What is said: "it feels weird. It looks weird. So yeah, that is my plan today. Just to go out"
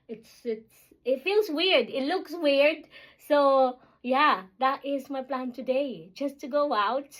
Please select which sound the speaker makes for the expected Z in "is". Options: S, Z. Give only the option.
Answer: Z